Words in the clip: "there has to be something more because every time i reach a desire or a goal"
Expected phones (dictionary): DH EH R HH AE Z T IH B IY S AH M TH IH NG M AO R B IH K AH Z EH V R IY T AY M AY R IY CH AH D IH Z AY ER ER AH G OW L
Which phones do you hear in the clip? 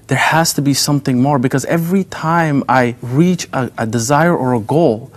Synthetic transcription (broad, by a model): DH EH R HH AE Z T IH B IY S AH M TH IH NG M AO R B IH K AH Z EH V R IY T AY M AY R IY CH AH D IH Z AY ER ER AH G OW L